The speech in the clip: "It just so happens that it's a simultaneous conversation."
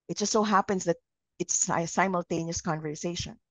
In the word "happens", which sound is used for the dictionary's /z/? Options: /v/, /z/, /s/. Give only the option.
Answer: /s/